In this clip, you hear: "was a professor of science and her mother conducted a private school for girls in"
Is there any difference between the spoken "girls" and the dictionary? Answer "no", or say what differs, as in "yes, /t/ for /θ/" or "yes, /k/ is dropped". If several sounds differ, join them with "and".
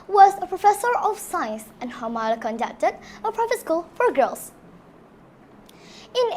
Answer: yes, /s/ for /z/